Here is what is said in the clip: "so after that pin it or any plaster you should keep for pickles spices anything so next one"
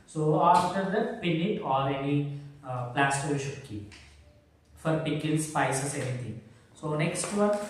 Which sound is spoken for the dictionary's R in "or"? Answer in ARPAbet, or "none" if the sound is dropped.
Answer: L